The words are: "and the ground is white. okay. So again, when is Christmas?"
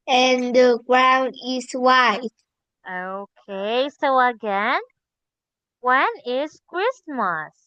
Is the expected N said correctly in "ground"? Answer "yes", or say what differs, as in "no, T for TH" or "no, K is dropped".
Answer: yes